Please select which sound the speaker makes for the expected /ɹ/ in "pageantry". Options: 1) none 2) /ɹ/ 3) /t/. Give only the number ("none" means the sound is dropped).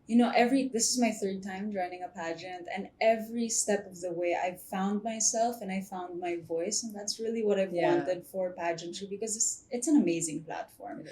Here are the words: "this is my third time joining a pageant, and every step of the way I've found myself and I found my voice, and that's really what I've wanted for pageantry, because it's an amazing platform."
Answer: 1